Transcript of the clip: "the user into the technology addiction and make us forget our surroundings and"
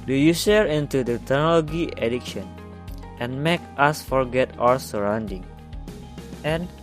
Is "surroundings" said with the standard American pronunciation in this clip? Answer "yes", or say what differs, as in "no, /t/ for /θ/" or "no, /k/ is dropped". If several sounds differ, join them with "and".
no, /z/ is dropped